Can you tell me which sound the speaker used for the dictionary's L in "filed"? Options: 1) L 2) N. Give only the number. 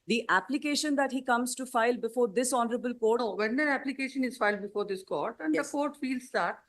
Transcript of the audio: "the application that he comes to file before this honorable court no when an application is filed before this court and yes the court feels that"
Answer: 1